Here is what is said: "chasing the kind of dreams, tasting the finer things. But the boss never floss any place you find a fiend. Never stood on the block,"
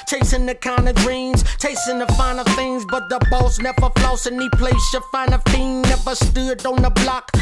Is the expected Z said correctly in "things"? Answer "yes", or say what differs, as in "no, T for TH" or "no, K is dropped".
yes